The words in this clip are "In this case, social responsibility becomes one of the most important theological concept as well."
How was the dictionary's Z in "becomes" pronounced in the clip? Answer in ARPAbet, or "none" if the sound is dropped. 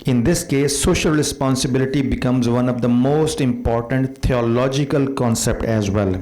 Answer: Z